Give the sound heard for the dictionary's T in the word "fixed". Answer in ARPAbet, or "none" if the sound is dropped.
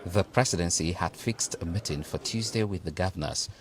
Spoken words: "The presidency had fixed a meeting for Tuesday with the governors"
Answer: T